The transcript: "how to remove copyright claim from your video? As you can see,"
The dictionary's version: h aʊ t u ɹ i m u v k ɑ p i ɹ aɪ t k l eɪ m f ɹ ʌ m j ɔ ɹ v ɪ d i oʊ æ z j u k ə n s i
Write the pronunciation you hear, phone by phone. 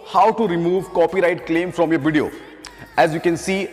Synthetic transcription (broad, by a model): h aʊ t u ɹ i m u v k ɑ p i ɹ aɪ t k l eɪ m f ɹ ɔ m j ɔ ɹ v ɪ d i oʊ æ z j u k ə n s i